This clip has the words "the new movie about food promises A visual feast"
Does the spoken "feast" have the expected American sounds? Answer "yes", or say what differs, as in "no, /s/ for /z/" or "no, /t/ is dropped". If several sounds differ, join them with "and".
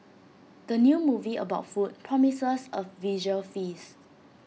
no, /t/ is dropped